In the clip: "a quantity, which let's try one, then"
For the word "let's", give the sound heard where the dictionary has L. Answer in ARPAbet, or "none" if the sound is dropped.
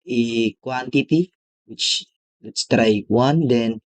W